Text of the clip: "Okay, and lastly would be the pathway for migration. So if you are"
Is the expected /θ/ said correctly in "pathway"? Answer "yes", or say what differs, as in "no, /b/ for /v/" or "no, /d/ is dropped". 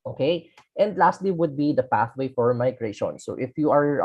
yes